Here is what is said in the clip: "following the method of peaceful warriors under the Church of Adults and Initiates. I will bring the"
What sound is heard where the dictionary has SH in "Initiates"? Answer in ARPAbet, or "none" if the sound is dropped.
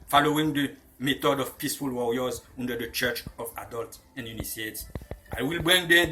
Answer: S